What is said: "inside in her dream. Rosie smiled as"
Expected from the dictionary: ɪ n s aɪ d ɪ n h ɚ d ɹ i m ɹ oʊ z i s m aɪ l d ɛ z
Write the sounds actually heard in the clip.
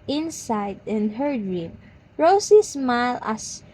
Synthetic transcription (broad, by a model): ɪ n s aɪ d ɪ n h ɚ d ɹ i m ɹ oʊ s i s m aɪ l ɑ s